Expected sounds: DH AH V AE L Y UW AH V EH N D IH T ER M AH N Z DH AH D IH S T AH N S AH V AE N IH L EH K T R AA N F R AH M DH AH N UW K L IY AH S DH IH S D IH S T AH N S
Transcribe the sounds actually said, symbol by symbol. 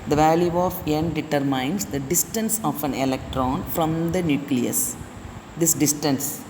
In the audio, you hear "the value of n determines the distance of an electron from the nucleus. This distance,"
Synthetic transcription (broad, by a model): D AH V AE L Y UW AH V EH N D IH T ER M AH N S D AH D IH S T AH N S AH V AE N IH L EH K T R AA N F R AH M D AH N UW K L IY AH S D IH S D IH S T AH N S